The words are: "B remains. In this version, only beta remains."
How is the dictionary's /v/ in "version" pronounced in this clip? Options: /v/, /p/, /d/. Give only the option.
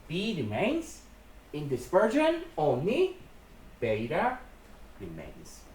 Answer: /p/